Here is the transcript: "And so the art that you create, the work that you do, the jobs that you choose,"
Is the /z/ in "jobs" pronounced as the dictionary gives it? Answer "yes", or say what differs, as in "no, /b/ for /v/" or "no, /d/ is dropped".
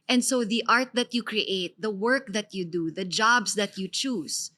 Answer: no, /s/ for /z/